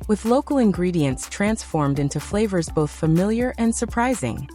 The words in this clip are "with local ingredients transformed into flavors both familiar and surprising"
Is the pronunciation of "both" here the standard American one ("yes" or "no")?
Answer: yes